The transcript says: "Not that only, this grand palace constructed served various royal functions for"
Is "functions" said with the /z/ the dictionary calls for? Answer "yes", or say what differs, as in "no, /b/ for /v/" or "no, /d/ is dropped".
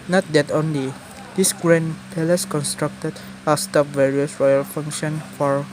no, /z/ is dropped